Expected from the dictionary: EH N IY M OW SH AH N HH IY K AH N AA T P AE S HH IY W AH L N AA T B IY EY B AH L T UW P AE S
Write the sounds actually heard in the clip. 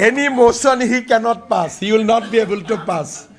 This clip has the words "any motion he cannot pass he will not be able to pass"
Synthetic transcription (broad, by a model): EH N IY M OW S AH N HH IY K AH N AA T P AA S HH IY W AH L N AA T B IY EY B AH L T UW P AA S